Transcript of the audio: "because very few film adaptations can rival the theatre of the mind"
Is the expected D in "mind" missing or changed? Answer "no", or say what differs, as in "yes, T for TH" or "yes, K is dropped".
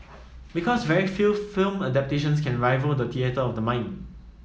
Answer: yes, D is dropped